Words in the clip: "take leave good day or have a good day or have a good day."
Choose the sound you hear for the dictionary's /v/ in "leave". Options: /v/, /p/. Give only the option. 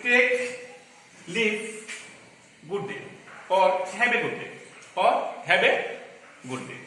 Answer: /p/